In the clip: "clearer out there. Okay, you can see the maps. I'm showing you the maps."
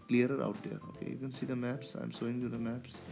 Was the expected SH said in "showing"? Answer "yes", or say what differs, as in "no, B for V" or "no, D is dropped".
no, S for SH